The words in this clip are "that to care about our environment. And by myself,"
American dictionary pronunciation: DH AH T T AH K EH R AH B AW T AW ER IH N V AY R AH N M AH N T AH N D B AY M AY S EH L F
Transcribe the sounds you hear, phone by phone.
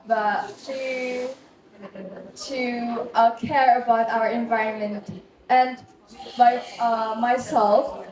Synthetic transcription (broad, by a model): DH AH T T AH K EH R AH B AW T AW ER IH N V AY R AH N M AH N T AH N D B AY M AY S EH L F